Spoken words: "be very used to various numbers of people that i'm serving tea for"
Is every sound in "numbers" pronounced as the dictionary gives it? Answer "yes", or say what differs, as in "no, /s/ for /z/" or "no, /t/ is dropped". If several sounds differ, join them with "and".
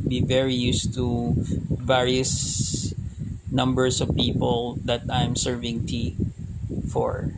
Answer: no, /s/ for /z/